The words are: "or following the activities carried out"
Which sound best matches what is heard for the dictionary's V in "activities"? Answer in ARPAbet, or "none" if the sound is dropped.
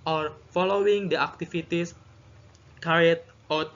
F